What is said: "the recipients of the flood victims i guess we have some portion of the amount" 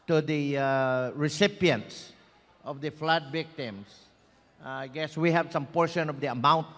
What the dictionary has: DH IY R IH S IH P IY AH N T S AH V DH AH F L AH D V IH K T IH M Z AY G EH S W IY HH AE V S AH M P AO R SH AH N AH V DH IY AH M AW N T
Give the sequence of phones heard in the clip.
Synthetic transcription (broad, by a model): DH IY R IH S IH P IY AH N T S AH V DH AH F L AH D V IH K T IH M S AY G EH S W IY HH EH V S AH M P AO R SH AH N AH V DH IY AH M AW N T